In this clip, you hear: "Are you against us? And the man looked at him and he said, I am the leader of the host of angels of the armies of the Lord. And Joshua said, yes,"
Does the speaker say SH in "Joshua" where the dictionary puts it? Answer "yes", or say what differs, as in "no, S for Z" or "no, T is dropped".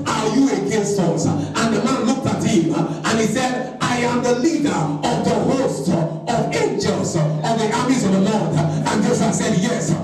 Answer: no, S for SH